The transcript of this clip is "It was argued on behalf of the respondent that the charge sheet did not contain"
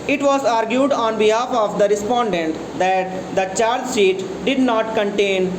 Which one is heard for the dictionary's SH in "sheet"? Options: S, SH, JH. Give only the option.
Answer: S